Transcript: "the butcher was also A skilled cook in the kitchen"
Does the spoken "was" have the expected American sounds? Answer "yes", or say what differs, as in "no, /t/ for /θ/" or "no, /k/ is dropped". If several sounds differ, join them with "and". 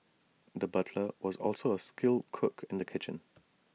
yes